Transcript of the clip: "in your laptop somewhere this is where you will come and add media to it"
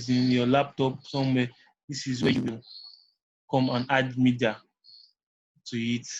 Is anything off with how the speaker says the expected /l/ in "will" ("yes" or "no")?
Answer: yes